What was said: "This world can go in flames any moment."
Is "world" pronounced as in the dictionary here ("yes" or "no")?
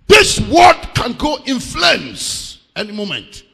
no